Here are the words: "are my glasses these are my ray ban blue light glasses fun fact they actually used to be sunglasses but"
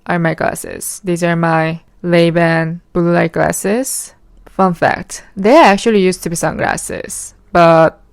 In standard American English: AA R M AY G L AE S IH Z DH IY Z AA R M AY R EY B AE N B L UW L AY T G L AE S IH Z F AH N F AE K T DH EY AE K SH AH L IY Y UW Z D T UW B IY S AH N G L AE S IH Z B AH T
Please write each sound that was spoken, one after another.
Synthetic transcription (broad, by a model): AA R M AY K L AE S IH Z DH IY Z AA R M AY L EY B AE N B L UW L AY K L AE S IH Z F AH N F AE K T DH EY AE K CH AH L IY Y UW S T UW B IY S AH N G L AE S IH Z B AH T